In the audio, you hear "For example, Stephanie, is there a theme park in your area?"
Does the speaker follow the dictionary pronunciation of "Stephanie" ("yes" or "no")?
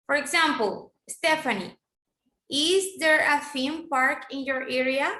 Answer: yes